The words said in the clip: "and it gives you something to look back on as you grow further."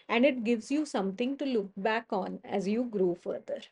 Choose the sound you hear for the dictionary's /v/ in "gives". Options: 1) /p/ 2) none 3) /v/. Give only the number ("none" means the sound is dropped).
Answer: 3